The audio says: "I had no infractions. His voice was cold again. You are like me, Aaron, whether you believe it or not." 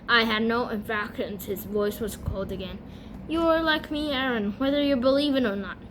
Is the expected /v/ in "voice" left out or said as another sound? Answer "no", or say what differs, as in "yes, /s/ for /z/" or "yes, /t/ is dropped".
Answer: no